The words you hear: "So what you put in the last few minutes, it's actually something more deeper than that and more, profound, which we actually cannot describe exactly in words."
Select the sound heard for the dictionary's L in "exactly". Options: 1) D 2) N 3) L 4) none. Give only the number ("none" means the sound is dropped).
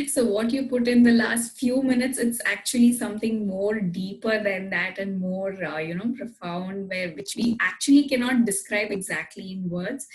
3